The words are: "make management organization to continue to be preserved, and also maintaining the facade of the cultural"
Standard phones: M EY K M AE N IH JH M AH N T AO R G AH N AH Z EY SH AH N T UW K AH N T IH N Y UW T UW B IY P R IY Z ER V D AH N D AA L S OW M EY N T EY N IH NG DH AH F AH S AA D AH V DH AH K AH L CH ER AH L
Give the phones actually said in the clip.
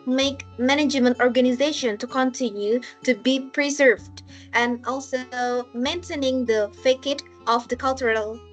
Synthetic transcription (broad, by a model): M EY K M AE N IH JH M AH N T AO R G AH N AH Z EY SH AH N T UW K AH N T IH N Y UW T UW B IY P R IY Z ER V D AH N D AA L S OW M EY N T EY N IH NG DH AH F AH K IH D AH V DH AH K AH L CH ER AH L